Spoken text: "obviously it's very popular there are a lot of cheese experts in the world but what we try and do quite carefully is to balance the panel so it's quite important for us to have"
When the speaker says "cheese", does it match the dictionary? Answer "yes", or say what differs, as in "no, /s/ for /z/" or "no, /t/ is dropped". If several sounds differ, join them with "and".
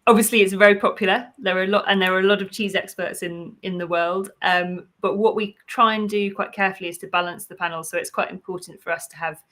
yes